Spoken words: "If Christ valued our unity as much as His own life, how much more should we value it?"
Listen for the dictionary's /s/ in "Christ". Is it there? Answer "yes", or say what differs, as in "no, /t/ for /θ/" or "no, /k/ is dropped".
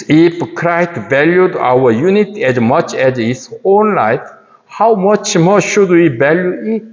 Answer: no, /s/ is dropped